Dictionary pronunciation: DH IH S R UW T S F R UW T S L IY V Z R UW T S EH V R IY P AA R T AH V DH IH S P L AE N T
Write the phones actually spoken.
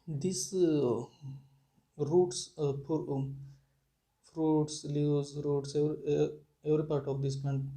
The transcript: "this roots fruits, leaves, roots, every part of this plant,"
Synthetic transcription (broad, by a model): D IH S R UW T S F R UW T S L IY Z R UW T S EH V R IY P AA R T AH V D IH S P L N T